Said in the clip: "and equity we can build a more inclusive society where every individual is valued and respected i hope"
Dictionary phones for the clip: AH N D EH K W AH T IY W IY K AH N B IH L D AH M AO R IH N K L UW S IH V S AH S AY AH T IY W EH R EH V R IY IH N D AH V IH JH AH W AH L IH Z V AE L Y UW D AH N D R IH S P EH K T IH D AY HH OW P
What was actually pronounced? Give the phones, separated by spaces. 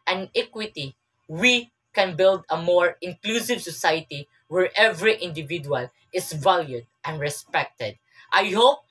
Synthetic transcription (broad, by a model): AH N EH K W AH T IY W IY K AH N B IH L D AH M AO R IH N K L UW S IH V S AH S AY AH T IY W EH R EH V R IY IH N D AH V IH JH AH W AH L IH S V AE L Y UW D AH N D R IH S P EH K T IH D AY HH OW P